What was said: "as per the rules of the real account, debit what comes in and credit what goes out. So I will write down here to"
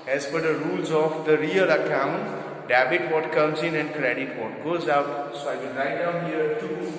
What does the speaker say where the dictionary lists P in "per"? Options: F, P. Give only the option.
F